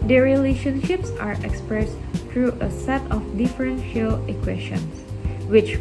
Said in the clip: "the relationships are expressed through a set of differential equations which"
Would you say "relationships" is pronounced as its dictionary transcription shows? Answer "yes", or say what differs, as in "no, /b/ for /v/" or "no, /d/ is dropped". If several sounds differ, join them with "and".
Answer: yes